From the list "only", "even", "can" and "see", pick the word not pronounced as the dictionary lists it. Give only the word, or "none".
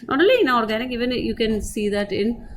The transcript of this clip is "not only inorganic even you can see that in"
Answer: only